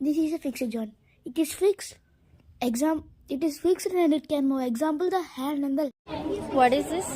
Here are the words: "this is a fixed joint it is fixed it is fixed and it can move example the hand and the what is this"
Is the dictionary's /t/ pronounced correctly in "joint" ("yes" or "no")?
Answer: no